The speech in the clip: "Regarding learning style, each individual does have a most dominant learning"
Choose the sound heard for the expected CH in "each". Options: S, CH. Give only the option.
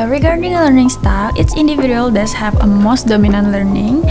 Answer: S